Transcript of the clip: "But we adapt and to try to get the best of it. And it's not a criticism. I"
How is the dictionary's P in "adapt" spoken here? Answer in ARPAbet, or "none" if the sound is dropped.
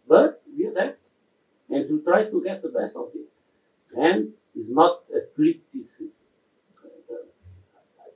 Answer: none